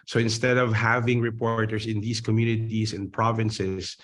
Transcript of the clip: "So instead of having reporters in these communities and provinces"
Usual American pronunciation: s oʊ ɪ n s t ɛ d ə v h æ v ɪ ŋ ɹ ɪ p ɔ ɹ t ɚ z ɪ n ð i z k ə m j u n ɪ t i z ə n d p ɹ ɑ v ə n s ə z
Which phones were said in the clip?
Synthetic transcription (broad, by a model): s oʊ ɪ n s t ɛ d ə v h æ v ɪ ŋ ɹ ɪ p ɔ ɹ t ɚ s ɪ n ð i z k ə m j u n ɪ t i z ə n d p ɹ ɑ v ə n s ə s